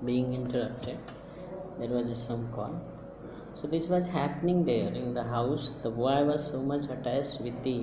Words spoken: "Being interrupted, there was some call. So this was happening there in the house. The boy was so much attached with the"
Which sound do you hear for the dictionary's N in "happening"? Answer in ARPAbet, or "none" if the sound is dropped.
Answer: N